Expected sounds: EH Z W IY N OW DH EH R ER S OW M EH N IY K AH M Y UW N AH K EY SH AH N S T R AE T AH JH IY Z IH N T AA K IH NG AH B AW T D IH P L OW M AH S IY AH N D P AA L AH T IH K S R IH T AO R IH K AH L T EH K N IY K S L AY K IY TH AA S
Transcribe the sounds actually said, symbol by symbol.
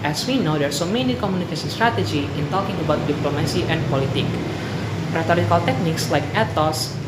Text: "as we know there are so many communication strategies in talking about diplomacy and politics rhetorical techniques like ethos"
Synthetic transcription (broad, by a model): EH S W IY N OW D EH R S OW M EH N IY K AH M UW N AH K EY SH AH N S T R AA T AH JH IY IH N T AA K IH NG AH B AW T D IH P L OW M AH S IY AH N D P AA L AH T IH K R IH T AO R IH K AH L T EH K N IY K S L AY K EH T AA S